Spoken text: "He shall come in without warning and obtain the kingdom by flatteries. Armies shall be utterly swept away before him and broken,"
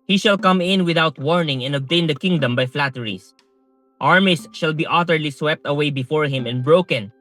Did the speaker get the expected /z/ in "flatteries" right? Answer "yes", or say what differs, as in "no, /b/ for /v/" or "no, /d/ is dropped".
no, /s/ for /z/